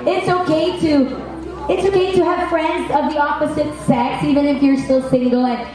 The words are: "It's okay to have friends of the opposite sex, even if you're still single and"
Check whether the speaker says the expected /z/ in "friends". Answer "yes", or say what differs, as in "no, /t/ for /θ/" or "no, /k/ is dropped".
yes